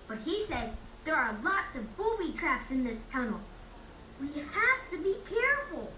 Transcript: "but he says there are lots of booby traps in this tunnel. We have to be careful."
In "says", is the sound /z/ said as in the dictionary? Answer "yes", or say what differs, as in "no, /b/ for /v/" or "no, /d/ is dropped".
yes